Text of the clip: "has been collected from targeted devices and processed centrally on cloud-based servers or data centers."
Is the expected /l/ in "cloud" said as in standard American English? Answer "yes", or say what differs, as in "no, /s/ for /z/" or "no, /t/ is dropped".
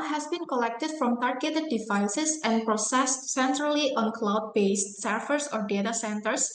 yes